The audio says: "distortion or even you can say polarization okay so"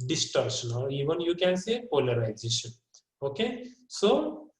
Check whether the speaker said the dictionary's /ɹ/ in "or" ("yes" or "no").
no